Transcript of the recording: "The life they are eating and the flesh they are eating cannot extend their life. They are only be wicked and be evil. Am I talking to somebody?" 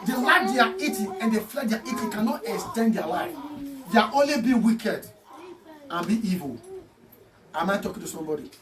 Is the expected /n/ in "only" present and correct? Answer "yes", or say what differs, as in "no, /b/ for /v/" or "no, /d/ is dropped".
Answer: yes